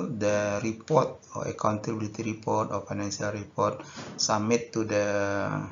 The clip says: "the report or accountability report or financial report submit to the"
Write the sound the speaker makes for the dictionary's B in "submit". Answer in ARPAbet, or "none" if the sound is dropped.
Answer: none